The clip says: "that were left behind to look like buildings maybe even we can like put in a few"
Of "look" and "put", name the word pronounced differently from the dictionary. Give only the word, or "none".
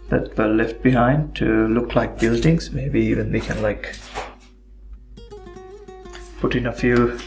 none